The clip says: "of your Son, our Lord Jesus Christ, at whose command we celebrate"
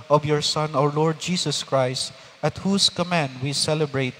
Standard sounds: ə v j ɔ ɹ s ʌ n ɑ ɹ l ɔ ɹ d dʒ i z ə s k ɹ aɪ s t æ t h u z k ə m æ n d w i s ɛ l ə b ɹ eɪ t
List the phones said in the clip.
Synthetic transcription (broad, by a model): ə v j ɔ ɹ s ʌ n ɑ ɹ l ɔ ɹ d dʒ i s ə s k ɹ aɪ s t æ t h u s k ə m æ n d w i s ɛ l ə b ɹ eɪ t